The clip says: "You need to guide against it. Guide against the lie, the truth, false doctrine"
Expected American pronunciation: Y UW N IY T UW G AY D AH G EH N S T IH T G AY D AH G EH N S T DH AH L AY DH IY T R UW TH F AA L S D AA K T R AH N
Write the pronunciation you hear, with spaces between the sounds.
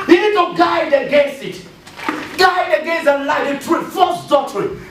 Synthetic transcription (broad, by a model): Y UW N IY T UW G AY D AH G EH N S IH T G AY D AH G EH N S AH L AY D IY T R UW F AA S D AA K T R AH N